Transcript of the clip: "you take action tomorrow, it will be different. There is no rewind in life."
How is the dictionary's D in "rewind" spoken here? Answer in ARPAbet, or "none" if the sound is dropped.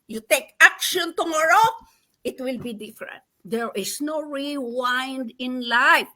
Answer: D